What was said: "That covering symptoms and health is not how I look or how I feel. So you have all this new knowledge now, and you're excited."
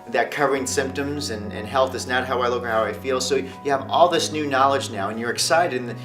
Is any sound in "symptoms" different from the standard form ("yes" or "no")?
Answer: no